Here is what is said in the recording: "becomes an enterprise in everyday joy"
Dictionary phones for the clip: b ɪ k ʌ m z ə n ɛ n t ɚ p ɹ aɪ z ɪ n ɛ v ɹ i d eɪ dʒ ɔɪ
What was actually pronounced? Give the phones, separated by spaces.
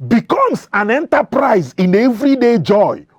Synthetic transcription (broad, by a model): b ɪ k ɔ m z ə n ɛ n t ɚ p ɹ aɪ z ɪ n ɛ v ɹ i d eɪ dʒ ɔɪ